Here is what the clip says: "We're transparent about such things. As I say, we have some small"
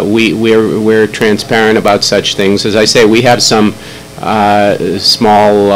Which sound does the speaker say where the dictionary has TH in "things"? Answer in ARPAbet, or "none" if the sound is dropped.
TH